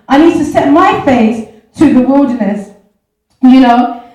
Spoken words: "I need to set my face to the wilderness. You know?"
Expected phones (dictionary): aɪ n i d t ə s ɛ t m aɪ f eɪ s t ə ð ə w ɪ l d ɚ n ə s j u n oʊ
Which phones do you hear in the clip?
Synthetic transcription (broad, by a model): aɪ n i d t ə s ɛ t m aɪ f eɪ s t ə ð ə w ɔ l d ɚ ə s j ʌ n oʊ